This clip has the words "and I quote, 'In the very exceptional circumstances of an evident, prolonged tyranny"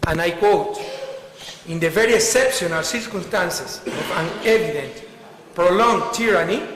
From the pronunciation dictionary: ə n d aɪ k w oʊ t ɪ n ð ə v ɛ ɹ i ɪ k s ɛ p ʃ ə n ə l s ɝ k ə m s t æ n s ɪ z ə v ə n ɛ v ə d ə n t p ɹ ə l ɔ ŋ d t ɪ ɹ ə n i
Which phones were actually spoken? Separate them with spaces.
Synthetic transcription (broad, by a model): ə n aɪ k w oʊ t ɪ n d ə v ɛ ɹ i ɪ s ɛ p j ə n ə l s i k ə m s t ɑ n s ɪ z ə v ə n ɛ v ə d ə n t p ɹ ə l ɔ ŋ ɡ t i ɹ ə n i